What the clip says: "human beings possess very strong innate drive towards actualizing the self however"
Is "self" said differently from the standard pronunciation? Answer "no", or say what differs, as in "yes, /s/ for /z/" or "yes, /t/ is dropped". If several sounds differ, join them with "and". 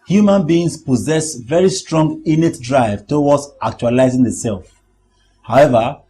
no